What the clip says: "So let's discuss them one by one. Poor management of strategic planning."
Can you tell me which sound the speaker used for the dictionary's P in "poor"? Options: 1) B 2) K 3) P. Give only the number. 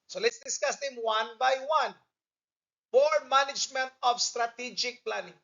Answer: 1